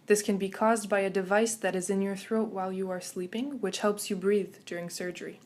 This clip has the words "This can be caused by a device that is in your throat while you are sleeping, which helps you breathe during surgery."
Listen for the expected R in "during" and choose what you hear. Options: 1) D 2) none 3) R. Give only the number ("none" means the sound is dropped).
3